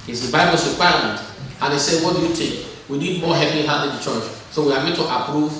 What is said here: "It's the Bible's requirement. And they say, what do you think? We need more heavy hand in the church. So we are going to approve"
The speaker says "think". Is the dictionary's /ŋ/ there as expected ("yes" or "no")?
no